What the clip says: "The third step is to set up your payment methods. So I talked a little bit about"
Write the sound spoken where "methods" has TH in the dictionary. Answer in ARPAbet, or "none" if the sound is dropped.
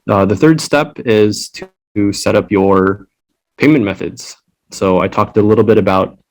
TH